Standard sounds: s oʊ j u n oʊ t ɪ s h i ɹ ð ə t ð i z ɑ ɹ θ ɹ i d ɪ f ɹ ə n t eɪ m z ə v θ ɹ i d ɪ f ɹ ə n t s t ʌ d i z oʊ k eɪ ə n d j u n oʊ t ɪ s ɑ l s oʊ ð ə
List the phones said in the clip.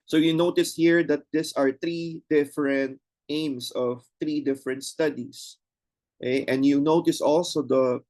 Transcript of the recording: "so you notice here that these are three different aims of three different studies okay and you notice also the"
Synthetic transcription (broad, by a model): s oʊ j u n oʊ t ɪ s h i ɹ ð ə t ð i s ɑ ɹ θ ɹ i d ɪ f ɹ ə n t eɪ m s ə v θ ɹ i d ɪ f ɹ ə n t s t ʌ d i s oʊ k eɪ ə n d j u n oʊ t ɪ s ɑ l s oʊ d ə